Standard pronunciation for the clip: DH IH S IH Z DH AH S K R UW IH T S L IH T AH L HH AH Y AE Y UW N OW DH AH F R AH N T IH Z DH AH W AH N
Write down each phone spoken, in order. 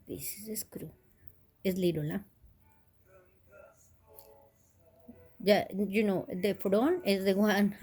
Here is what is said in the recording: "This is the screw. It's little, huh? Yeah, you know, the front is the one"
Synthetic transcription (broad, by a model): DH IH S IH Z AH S K R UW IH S L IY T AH L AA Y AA Y UW N OW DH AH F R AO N IH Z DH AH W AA N